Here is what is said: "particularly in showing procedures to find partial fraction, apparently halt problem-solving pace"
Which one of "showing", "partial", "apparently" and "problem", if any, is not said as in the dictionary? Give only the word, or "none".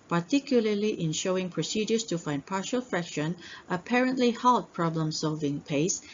none